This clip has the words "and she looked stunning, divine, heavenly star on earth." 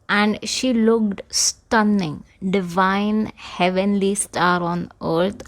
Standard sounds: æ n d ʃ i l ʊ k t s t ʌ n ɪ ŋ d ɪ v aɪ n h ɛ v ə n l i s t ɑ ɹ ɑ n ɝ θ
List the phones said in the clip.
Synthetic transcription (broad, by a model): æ n d ʃ i l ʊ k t s t ʌ n ɪ ŋ d ɪ v aɪ n h ɛ v ə n l i s t ɑ ɹ ɑ n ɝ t